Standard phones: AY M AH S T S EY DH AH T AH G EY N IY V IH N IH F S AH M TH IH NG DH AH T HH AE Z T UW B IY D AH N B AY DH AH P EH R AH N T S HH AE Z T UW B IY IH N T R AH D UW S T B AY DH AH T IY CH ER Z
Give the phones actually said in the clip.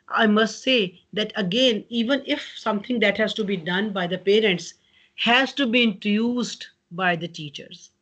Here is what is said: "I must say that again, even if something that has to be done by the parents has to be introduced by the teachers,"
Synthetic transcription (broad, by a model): AY M AH S T S EY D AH T AH G EY N IY V IH N IH F S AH M T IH NG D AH T HH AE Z T UW B IY D AH N B AY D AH P EH R AH N T S HH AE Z T UW B IY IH N T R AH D UW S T B AY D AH T IY CH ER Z